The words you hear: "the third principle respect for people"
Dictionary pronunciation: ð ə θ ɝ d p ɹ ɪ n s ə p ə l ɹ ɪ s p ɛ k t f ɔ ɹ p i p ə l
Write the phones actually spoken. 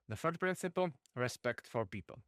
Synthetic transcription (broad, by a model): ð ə f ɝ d p ɹ ɪ n s ə p ə l ɹ ɪ s p ɛ k t f ɔ ɹ p i p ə l